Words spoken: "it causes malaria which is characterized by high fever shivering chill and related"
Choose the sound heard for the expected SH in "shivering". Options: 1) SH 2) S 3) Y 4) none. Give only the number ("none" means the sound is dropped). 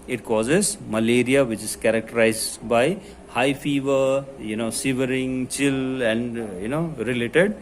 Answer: 2